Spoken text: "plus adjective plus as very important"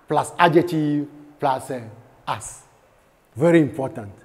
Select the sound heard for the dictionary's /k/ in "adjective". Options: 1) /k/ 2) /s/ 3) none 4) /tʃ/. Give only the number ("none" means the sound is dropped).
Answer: 3